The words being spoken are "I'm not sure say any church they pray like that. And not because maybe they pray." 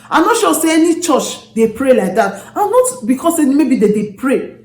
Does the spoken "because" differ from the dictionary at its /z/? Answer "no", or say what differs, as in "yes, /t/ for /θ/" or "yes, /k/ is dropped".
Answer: yes, /s/ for /z/